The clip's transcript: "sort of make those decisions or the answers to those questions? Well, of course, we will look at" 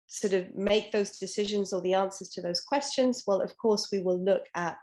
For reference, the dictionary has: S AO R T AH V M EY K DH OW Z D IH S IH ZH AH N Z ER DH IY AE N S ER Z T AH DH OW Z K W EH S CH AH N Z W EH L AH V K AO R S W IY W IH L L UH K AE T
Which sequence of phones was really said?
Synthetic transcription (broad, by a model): S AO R T AH V M EY K DH OW Z D IH S IH ZH AH N Z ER DH IY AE N S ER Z T AH DH OW Z K W EH S CH AH N Z W EH L AH V K AO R S W IY W IH L L UH K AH T